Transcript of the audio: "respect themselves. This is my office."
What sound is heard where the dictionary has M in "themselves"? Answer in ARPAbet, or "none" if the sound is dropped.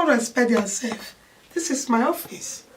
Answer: none